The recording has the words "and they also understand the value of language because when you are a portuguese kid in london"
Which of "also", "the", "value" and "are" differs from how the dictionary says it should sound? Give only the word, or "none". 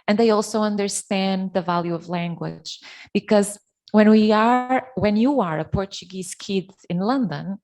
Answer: none